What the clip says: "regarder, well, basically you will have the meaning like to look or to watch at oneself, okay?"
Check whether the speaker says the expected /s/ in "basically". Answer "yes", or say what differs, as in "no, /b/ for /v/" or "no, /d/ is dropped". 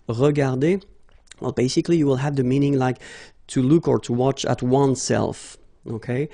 yes